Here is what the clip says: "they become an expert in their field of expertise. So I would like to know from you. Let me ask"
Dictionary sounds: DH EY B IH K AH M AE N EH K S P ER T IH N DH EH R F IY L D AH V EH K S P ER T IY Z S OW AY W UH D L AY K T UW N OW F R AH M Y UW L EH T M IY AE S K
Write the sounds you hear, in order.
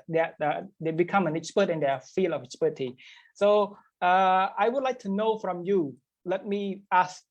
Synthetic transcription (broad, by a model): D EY B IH K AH M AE N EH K S P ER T IH N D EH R F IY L AH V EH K S P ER T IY S OW AY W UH D L AY K T UW N OW F R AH M Y UW L EH T M IY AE S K